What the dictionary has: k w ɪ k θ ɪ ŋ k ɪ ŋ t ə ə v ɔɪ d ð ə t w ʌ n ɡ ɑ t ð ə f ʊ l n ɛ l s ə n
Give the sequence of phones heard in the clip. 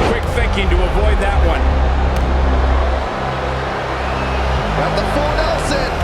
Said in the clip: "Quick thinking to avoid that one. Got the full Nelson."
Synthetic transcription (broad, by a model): k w ɪ k θ ɪ ŋ k ɪ ŋ t ə ə v ɔɪ d ð ə t w ʌ n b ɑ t ð ə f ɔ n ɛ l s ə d